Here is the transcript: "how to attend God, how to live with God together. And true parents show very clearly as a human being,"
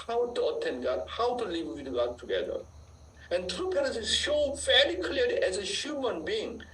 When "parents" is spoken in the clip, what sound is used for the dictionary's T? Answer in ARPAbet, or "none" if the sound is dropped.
S